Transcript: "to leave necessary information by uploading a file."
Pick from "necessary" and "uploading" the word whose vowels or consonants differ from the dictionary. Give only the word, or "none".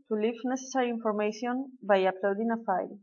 none